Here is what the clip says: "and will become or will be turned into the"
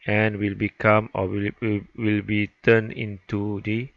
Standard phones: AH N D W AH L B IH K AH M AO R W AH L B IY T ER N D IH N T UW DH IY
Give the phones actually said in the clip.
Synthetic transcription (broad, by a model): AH N W AH L B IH K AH M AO W W AH L B IY T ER N IH N T UW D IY